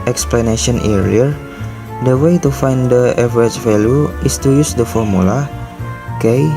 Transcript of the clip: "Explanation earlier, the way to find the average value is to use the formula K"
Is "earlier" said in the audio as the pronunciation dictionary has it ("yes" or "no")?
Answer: no